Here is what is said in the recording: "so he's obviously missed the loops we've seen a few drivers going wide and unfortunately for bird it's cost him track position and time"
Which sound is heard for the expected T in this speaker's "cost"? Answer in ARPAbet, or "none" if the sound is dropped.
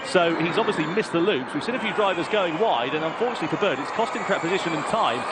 T